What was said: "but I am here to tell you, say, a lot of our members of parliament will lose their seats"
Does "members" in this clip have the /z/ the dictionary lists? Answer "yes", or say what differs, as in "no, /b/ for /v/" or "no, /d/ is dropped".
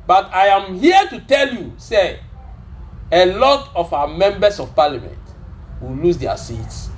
no, /s/ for /z/